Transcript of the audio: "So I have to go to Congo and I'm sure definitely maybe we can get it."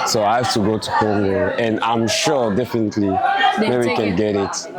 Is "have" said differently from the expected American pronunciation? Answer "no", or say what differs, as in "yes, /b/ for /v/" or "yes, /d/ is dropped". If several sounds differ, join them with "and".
yes, /f/ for /v/